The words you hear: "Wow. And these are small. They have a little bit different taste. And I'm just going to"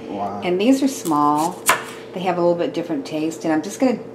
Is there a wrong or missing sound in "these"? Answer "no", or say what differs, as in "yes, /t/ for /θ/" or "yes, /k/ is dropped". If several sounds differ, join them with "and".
no